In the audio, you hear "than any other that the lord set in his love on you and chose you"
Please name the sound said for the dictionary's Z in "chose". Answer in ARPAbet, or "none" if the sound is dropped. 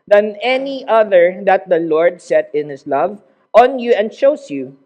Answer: S